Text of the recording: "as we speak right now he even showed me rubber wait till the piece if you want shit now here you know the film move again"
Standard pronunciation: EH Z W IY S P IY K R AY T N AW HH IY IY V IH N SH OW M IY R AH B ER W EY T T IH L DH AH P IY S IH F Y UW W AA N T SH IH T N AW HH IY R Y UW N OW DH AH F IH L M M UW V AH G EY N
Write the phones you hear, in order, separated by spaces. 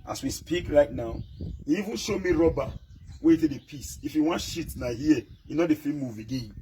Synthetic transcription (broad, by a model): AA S W IY S P IY K R AY T N AW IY IY V IH N SH OW M IY R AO B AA W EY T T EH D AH P IY S IH F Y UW W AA N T SH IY T N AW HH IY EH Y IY N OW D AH F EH M M UW V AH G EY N